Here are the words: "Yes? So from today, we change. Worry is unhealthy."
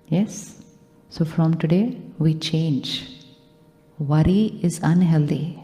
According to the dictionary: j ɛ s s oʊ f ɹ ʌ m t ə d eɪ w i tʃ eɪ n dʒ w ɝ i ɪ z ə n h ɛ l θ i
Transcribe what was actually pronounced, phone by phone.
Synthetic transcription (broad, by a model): j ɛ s s oʊ f ɹ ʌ m t ə d eɪ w i tʃ eɪ n dʒ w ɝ i ɪ z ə n h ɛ l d i